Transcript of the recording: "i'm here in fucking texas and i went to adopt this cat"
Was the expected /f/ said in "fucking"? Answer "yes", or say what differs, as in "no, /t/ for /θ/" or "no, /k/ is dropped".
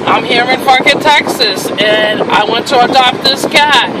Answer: no, /p/ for /f/